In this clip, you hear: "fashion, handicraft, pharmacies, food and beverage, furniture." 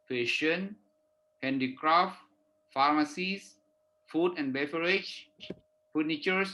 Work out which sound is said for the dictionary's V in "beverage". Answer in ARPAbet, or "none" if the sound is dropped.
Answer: F